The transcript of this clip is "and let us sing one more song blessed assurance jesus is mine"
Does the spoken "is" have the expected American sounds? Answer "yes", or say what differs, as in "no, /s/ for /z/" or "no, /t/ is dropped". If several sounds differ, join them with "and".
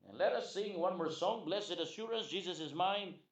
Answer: yes